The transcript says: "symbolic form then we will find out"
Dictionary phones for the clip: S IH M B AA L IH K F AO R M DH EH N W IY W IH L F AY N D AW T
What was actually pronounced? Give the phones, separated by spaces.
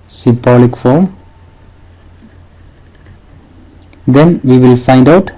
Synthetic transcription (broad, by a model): S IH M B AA L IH K F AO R M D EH N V IY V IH L F AY N D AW T